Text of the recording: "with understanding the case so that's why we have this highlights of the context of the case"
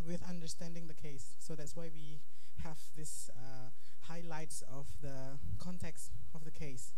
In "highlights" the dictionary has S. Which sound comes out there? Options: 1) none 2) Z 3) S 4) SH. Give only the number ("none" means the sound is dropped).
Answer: 3